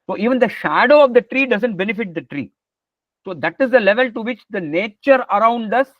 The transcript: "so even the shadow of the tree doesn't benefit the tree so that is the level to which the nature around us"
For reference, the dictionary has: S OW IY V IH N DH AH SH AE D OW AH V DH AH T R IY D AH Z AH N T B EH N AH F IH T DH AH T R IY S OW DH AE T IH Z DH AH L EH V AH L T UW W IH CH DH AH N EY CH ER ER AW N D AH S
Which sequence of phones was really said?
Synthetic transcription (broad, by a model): S OW IY V IH N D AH SH AE D OW AH V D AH T R IY D AH Z AH N T B EH N AH F IH T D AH T R IY S OW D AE T IH Z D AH L EH V AH L T UW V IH CH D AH N EY CH ER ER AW N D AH S